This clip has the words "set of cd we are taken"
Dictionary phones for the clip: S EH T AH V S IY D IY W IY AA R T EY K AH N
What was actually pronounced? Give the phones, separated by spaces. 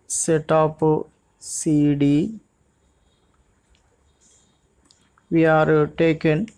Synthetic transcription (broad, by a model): S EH T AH P S IY D IY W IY AA R T EY K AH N